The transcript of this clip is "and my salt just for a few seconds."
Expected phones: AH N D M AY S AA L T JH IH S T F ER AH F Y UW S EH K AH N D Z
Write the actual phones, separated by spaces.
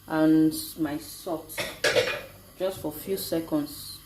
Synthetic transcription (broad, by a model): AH N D M AY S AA T JH IH S T F AH F Y UW S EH K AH N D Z